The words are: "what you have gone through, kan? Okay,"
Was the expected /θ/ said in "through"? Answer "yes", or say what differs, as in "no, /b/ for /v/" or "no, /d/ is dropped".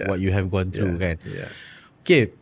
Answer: no, /t/ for /θ/